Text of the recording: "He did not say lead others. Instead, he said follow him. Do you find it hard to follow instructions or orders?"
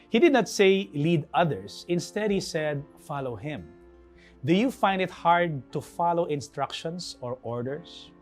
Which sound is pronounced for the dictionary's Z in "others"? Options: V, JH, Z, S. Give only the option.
S